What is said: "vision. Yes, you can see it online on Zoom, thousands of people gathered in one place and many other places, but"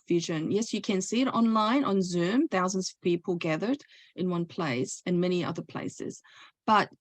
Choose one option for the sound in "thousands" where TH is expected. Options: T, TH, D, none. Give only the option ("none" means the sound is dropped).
TH